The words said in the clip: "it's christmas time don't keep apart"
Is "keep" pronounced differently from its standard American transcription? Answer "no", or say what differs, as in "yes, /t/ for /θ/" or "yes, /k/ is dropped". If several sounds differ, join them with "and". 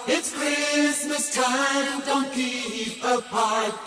yes, /p/ is dropped